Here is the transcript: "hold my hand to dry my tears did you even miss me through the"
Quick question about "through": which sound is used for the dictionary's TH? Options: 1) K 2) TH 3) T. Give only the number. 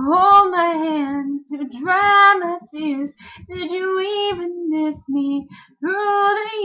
2